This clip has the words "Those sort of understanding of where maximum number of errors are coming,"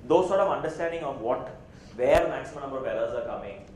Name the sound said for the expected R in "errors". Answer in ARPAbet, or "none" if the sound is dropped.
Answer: L